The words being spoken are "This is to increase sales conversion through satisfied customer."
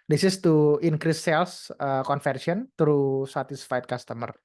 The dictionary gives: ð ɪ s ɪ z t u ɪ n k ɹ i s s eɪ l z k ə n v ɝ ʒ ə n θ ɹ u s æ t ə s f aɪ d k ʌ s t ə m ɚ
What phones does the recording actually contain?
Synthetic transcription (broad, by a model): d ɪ s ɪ s t u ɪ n k ɹ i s s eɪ l s k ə n f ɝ s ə n t ɹ u s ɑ t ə s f aɪ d k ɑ s t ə m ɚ